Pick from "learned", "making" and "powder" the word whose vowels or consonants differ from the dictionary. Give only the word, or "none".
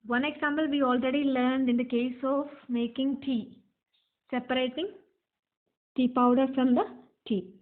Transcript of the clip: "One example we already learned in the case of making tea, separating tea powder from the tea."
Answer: none